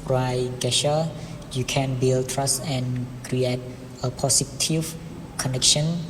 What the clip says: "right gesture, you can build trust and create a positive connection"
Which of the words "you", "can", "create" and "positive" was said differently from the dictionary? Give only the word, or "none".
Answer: positive